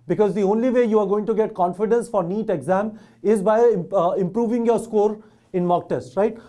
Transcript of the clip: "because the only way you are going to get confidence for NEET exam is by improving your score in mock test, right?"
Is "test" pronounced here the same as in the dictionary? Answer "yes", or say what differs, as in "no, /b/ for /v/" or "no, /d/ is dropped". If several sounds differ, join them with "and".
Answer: yes